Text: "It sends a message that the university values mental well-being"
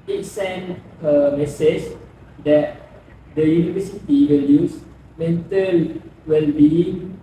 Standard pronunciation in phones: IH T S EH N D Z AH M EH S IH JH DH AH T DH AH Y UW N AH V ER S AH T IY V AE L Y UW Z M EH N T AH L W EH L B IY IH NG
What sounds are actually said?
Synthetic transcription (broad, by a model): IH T S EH N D AH M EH S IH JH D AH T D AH Y UW N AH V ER S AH T IY W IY L Y UW S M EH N T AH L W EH L B IY